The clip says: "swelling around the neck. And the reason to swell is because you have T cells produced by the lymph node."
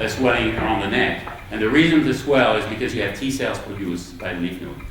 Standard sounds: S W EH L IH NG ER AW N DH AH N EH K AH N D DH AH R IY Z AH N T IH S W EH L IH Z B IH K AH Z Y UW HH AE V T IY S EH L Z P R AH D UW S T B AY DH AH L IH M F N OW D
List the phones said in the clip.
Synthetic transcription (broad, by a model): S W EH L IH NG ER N DH AH N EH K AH N DH AH R IY Z AH N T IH S W EH L IH Z B IH K AH Z Y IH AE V T IY S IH L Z P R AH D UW S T B AY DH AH N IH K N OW